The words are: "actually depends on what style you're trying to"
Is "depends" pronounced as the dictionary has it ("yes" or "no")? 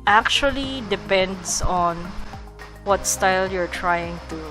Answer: no